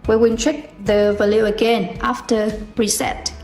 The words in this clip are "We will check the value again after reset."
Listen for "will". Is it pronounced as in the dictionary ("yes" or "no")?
no